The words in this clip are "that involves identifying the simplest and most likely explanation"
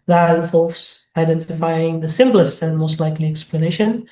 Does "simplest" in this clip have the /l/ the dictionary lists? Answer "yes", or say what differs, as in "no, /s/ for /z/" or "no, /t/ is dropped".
yes